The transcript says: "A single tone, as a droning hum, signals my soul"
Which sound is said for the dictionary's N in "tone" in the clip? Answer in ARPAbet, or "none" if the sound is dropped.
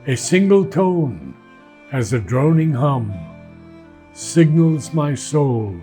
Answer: N